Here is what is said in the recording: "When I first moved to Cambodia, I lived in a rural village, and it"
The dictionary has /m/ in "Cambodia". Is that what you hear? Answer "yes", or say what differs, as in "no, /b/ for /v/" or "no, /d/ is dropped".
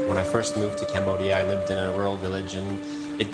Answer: yes